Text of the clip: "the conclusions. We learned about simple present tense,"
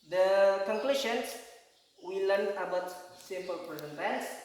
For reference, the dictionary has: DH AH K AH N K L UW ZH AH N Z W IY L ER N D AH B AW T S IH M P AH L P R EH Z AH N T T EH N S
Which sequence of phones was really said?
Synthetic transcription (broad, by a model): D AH K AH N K L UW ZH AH N S W IY L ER N AH B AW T S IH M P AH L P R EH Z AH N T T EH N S